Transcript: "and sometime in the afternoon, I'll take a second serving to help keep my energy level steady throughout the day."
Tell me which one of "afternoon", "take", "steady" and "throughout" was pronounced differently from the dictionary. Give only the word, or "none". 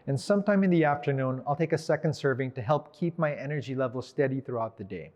none